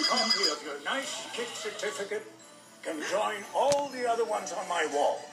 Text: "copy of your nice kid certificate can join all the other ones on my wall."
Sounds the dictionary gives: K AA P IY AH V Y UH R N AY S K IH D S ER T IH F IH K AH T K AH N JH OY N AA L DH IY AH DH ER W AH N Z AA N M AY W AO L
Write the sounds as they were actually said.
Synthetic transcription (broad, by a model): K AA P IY AH V Y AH R N AY S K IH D S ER T IH F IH K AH T K AH N JH OY N AA L DH IY AH DH ER W AH N Z N M AY W AO L